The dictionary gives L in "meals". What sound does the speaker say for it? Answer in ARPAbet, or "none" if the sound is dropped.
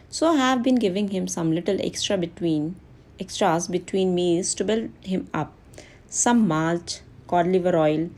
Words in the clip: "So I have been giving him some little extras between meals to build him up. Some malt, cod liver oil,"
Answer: none